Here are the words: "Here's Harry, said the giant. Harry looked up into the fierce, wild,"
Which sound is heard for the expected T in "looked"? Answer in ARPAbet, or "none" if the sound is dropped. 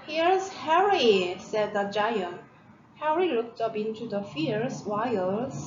T